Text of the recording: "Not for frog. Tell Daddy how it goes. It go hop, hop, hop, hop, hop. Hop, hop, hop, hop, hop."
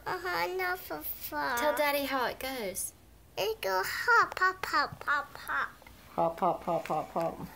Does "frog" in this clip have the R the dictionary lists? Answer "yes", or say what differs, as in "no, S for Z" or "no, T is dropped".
no, R is dropped